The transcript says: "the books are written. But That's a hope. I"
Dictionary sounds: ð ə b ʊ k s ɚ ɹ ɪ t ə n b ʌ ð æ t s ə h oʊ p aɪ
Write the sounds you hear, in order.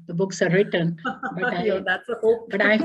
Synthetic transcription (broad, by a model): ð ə b ʊ k s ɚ ɹ ɪ t ə n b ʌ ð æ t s ə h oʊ b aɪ